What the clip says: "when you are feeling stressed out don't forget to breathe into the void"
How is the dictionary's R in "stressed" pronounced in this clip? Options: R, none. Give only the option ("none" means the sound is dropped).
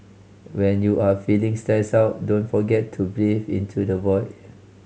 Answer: none